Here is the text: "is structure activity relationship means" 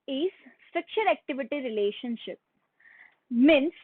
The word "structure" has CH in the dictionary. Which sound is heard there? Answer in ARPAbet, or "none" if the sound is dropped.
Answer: SH